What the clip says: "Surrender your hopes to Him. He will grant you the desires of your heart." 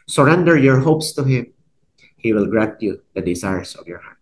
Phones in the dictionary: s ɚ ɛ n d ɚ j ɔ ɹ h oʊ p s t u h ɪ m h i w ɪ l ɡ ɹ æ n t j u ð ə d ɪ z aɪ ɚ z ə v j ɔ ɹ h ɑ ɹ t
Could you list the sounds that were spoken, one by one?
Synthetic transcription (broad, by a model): s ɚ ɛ n d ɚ j ɔ ɹ h oʊ p s t u h ɪ m h i w ɪ l ɡ ɹ æ n t j u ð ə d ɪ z aɪ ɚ s ə v j ɔ ɹ h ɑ ɹ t